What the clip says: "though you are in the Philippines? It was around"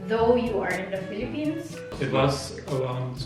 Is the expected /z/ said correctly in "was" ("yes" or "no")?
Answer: no